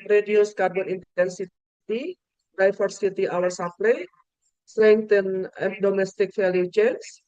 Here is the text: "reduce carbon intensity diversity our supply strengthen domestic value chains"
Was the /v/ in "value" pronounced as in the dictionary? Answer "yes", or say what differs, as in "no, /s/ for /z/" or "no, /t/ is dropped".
no, /f/ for /v/